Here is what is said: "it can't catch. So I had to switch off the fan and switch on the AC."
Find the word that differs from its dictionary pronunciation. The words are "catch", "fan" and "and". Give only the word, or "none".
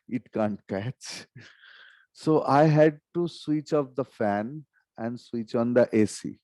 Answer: none